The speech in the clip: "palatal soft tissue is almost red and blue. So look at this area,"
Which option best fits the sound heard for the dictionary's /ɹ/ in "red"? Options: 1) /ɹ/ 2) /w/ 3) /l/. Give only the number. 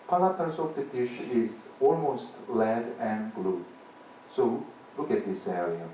3